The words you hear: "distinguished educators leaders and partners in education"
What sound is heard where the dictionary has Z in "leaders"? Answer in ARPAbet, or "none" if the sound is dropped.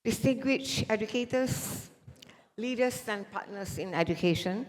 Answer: S